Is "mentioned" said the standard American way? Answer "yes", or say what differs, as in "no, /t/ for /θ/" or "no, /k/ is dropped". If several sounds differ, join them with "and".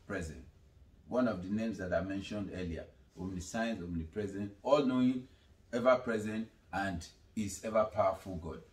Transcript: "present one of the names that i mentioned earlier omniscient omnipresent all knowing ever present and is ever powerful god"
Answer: yes